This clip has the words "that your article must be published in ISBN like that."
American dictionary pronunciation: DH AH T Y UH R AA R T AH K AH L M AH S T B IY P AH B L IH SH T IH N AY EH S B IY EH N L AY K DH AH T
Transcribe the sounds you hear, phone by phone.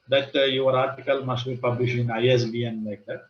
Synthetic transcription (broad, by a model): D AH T Y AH R AA R T AH K AH L M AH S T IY P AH B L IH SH IH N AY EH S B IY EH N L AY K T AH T